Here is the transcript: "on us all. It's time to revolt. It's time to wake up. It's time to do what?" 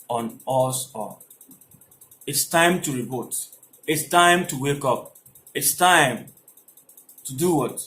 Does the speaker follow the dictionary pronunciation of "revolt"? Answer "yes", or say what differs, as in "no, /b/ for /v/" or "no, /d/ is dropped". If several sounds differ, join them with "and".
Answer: no, /b/ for /v/ and /l/ is dropped